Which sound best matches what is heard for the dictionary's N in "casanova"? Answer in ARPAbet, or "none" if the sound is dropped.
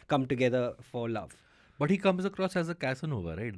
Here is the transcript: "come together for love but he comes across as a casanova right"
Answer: N